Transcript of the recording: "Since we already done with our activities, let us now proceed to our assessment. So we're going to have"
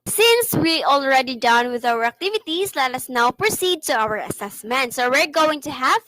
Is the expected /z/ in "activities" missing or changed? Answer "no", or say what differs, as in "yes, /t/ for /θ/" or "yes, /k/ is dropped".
yes, /s/ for /z/